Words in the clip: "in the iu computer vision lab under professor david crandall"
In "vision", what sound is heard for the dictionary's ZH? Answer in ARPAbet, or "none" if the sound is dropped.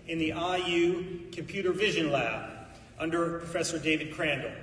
ZH